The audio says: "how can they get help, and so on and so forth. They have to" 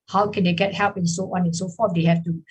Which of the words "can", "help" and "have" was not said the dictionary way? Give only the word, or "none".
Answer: have